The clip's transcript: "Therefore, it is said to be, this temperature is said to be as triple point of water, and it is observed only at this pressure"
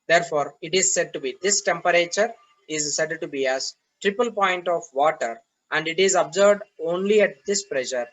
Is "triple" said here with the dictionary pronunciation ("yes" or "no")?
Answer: yes